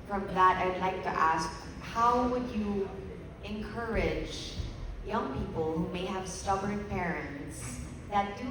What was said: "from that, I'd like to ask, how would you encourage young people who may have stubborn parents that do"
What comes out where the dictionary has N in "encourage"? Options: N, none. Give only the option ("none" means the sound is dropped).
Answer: N